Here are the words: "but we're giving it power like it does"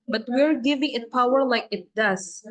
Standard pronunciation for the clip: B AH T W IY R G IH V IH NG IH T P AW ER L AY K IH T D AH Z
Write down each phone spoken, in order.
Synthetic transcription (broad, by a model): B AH T W IY R G IH V IH NG IH T P AW ER L AY K IH T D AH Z